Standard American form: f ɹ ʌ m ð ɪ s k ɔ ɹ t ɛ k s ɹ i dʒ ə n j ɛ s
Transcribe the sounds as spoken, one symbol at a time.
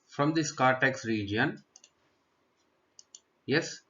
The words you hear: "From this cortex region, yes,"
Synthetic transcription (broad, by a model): f ɹ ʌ m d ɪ s k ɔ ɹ t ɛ k s ɹ i dʒ ə n j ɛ s